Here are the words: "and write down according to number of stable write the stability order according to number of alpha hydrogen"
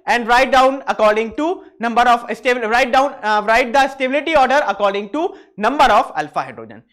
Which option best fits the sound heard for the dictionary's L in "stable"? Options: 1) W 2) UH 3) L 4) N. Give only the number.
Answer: 4